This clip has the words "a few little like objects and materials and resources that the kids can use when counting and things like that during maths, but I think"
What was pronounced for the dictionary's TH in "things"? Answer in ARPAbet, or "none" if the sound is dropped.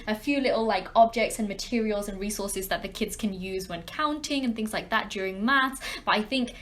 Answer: TH